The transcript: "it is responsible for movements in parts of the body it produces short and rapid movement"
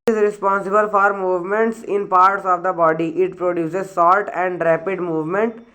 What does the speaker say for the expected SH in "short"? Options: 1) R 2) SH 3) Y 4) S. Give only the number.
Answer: 4